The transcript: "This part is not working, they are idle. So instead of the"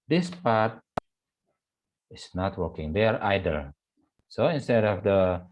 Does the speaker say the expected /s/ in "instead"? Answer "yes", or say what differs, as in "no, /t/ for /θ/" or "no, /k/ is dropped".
yes